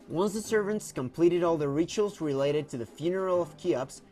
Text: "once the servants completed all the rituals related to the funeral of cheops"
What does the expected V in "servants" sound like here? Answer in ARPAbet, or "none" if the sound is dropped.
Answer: V